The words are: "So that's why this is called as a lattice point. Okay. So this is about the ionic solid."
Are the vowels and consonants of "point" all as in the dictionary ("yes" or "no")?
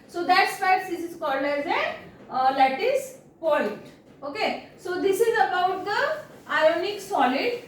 no